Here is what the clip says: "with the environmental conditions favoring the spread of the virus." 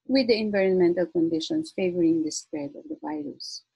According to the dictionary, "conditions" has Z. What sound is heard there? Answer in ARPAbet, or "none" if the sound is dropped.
S